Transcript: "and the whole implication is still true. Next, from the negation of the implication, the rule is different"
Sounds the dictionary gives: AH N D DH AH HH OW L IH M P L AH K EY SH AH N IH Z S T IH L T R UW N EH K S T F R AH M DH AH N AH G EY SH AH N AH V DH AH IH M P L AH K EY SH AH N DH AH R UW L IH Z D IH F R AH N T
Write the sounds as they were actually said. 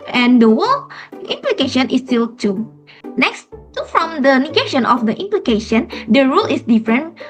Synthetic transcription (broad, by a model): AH N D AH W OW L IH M P L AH K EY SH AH N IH S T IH L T UW N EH K S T F R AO M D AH N AH G EY SH AH N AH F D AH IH M P L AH K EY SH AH N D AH R UW L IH S D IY F R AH N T